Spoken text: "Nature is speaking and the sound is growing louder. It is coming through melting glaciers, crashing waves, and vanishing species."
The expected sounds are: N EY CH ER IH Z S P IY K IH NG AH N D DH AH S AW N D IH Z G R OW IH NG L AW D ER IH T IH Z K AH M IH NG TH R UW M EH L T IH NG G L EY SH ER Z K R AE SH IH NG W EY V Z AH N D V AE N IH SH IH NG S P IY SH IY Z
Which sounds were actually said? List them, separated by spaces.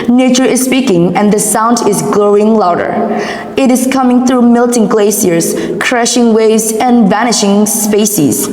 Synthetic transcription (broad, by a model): N EY CH ER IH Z S P IY K IH NG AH N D DH AH S AW N D IH Z G L OW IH NG L AW D ER IH T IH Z K AH M IH NG TH R UW M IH L T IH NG G L EY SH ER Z K R AE SH IH NG W EY V Z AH N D V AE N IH SH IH NG S P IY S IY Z